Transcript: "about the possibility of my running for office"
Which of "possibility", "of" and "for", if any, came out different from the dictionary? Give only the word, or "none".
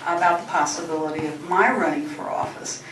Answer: none